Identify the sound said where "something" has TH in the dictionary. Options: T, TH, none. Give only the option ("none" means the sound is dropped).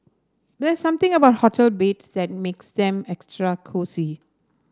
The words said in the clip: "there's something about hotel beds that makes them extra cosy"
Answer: T